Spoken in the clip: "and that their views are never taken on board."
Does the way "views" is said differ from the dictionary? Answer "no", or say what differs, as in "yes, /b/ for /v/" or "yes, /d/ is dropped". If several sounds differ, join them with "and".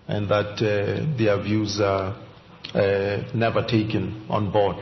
no